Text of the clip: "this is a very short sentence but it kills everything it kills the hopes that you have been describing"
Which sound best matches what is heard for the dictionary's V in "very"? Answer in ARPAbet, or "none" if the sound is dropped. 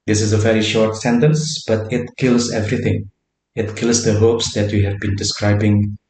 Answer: V